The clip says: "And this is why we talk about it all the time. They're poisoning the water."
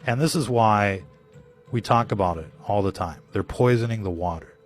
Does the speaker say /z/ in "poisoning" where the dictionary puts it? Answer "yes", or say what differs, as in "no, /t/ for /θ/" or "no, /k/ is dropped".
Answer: yes